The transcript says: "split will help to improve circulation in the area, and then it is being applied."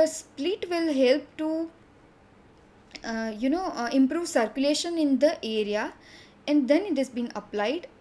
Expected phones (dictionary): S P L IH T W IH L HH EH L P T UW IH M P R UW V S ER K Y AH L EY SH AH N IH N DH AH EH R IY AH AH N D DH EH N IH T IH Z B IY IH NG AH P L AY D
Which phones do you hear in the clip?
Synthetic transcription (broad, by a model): S P L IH T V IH L HH EH L P T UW IH M P R UW V S ER K Y AH L EY SH AH N IH N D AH EH R IY AH AH N D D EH N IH T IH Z B IY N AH P L AY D